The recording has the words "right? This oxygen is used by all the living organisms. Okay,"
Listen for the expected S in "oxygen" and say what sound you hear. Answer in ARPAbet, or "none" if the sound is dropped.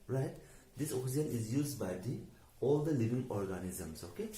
none